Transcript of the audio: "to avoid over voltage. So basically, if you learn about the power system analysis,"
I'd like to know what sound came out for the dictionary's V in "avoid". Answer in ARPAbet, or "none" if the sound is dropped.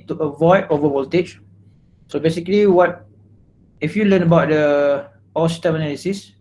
V